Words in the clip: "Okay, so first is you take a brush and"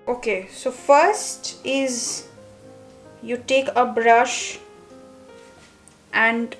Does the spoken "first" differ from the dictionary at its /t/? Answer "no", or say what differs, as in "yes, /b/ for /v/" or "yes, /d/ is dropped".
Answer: no